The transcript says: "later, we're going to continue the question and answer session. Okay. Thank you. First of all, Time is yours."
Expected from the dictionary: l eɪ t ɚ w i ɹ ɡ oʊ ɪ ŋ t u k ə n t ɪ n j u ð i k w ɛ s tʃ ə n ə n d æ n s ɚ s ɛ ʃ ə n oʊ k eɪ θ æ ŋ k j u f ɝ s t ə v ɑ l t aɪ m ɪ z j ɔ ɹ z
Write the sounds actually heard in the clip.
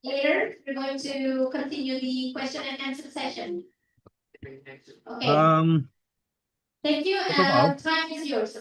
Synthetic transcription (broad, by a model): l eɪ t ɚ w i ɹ ɡ oʊ ɪ ŋ t u k ə n t ɪ n j u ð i k w ɛ s tʃ ə n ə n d æ n s ɚ s ɛ ʃ ə n oʊ k eɪ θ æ ŋ k j u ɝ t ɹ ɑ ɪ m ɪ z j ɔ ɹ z